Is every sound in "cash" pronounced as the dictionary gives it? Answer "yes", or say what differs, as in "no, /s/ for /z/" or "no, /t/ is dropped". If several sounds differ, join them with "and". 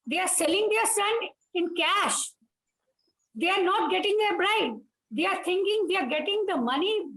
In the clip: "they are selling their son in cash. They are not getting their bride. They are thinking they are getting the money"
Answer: yes